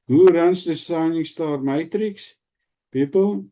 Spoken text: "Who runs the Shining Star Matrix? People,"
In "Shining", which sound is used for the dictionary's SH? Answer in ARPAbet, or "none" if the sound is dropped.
S